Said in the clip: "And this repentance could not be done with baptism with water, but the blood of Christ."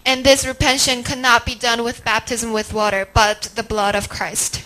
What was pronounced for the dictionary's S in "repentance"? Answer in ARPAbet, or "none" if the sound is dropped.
none